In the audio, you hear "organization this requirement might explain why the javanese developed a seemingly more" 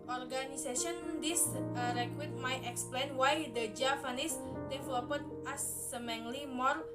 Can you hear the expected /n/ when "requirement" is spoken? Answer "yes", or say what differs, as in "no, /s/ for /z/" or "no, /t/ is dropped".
no, /n/ is dropped